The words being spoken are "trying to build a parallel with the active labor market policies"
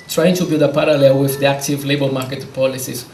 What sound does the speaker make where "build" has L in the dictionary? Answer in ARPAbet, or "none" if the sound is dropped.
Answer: none